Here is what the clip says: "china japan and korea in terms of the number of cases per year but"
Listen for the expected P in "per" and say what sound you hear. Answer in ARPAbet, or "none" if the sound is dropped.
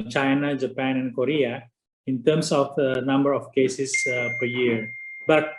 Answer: P